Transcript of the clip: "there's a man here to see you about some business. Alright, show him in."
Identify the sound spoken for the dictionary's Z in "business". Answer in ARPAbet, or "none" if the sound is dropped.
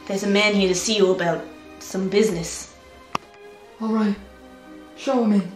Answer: Z